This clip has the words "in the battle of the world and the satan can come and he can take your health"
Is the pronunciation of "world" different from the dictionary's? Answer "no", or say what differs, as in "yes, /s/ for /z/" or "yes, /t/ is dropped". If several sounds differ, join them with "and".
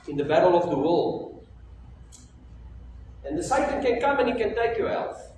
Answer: yes, /d/ is dropped